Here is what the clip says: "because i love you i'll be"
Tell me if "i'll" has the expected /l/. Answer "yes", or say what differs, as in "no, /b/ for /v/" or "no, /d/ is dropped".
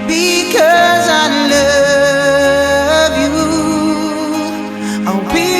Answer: no, /w/ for /l/